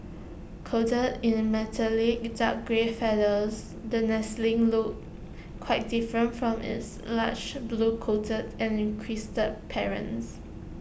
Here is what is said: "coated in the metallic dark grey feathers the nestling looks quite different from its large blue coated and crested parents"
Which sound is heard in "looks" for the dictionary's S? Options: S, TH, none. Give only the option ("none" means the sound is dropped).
none